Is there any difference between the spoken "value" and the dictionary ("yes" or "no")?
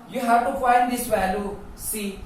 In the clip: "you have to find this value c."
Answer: yes